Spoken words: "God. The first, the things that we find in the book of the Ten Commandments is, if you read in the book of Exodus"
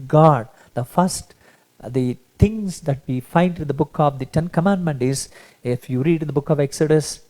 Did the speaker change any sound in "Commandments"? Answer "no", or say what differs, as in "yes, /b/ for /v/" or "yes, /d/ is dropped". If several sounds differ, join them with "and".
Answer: yes, /s/ is dropped